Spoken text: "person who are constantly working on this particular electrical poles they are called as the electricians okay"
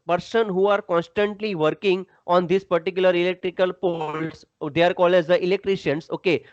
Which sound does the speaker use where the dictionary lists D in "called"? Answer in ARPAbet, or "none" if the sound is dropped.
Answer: none